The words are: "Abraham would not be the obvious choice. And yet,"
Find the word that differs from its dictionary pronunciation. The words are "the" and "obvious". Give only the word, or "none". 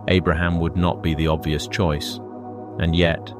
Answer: none